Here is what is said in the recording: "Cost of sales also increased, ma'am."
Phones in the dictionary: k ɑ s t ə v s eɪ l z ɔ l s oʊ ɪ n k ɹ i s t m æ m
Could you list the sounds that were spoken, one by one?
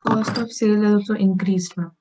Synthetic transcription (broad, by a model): k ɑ s t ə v s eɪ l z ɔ s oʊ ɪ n k ɹ i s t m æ